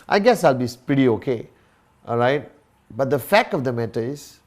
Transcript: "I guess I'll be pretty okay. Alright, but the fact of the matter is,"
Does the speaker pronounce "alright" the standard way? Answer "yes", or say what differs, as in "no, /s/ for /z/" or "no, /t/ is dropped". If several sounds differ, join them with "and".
yes